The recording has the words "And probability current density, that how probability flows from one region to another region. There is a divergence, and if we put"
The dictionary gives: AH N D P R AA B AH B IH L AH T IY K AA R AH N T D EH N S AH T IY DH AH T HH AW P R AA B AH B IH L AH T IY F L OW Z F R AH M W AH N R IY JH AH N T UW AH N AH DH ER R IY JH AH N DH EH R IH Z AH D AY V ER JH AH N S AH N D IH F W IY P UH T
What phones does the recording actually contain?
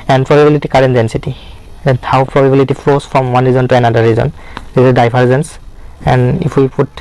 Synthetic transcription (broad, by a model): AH N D P R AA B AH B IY L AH T IY K AA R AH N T D EH N S AH T IY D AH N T AW P R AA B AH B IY L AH T IY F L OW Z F R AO M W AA N R IY Z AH N T UW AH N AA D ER R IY Z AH N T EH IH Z AH D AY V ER Z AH N S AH N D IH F W IY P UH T